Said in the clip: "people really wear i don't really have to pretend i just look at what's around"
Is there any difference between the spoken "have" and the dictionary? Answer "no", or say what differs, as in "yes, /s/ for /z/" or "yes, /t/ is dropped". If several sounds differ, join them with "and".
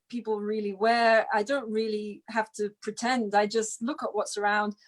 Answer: yes, /f/ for /v/